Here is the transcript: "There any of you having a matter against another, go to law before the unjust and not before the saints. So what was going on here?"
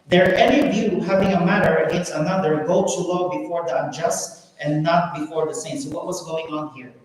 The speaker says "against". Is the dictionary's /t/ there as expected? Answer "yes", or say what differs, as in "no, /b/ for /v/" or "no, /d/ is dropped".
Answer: no, /t/ is dropped